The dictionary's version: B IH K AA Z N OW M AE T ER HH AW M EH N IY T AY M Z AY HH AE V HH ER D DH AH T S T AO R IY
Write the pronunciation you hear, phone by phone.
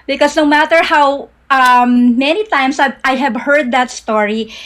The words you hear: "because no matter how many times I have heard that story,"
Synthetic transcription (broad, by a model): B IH K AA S N OW M AE T ER HH AW M EH N IY T AY M S AY HH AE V HH ER D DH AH T S T AO R IY